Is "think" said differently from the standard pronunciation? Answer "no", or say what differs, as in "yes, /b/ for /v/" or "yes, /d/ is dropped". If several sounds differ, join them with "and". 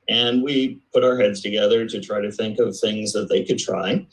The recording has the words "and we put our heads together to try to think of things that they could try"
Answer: no